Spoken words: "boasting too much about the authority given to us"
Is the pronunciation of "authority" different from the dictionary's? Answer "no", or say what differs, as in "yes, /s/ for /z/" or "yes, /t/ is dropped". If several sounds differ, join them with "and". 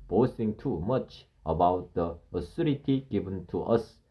yes, /s/ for /θ/